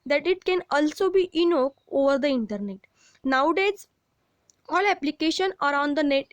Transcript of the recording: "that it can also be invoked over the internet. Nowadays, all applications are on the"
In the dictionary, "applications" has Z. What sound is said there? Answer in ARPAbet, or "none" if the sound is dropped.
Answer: none